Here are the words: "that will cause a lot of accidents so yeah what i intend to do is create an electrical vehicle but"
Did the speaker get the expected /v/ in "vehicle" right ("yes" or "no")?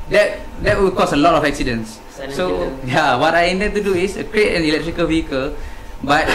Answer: yes